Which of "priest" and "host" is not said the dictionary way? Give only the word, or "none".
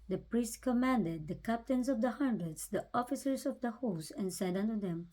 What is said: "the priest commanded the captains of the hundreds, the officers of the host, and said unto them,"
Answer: host